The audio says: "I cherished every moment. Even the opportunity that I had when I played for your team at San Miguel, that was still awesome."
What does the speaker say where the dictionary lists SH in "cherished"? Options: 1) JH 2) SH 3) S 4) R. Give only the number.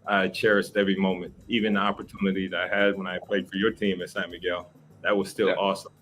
3